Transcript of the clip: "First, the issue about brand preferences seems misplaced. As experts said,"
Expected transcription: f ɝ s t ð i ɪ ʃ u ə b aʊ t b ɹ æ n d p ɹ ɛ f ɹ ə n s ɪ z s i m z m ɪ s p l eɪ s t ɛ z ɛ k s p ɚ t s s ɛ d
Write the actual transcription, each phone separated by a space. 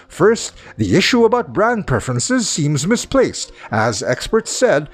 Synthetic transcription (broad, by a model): f ɝ s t ð i ɪ ʃ u ə b aʊ t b ɹ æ n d p ɹ ɛ f ɹ ə n s ɪ z s i m z m ɪ s p l eɪ s t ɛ z ɛ k s p ɚ t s s ɛ d